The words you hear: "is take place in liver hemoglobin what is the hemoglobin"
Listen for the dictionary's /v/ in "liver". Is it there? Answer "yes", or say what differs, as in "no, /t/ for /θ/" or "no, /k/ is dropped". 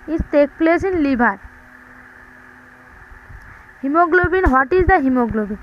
no, /b/ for /v/